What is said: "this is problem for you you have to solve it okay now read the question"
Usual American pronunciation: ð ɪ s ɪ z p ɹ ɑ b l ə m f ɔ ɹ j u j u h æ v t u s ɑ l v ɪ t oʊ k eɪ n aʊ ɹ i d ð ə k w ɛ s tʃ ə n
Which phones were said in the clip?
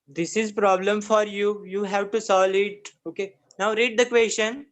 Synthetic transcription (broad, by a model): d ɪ s ɪ z p ɹ ɑ b l ə m f ɔ ɹ j u j u h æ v t u s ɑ l ɪ t oʊ k eɪ n aʊ ɹ i d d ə k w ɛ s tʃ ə n